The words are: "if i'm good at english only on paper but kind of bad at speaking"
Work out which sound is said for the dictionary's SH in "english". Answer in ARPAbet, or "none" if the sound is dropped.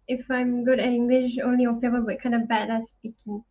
SH